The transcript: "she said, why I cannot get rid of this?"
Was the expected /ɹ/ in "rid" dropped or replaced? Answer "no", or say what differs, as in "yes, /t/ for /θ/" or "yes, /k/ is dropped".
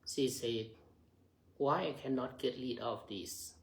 yes, /l/ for /ɹ/